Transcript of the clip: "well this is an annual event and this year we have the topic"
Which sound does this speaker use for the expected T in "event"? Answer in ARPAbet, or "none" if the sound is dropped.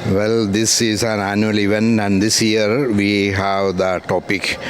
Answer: none